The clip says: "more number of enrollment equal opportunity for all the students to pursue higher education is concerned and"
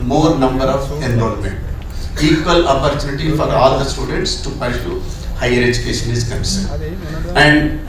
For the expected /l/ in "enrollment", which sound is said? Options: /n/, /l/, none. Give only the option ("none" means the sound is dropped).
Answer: /n/